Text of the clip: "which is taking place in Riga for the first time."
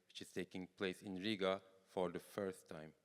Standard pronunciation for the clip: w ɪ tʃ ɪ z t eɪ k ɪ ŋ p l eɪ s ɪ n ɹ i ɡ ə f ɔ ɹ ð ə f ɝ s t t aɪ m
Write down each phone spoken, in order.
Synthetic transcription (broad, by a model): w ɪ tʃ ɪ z t eɪ k ɪ ŋ p l eɪ s ɪ n ɹ i ɡ ə f ɔ ɹ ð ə f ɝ s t t aɪ m